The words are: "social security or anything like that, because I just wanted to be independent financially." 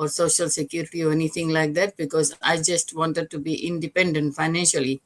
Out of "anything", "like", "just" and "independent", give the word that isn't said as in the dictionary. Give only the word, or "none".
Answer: anything